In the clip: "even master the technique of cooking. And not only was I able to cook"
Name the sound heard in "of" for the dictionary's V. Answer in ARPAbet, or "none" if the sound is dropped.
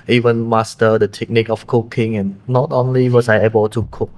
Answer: F